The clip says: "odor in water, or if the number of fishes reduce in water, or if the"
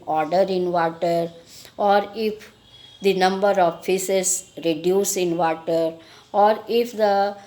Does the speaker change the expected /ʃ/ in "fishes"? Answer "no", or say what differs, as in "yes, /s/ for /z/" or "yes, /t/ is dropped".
yes, /s/ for /ʃ/